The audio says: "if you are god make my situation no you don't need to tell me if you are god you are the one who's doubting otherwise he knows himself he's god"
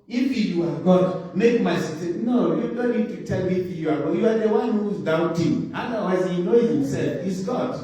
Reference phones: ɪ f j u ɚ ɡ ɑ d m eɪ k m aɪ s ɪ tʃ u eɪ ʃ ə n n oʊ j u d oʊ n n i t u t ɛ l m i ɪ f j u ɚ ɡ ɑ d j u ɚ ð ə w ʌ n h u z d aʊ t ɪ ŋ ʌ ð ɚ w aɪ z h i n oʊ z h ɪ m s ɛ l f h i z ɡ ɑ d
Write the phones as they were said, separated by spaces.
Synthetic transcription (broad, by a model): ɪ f j u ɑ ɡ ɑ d m eɪ k m aɪ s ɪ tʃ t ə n n oʊ j u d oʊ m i t u t ɛ l m i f j u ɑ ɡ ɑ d j u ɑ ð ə w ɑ n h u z d aʊ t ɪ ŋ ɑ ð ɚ w aɪ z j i n oʊ h ɪ m s ɛ l f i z ɡ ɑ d